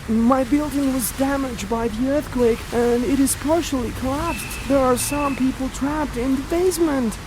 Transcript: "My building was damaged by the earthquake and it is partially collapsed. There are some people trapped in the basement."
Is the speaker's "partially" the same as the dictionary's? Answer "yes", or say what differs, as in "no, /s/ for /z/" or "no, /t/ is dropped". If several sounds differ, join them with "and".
yes